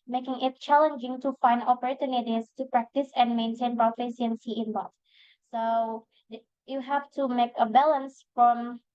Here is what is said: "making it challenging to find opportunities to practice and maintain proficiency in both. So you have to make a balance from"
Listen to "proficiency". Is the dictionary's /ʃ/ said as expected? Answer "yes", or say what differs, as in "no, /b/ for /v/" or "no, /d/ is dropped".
no, /s/ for /ʃ/